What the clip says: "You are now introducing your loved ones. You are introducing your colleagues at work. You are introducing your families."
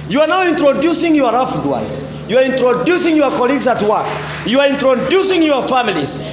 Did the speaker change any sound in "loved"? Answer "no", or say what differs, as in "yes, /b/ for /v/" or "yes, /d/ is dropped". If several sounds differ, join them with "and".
yes, /f/ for /v/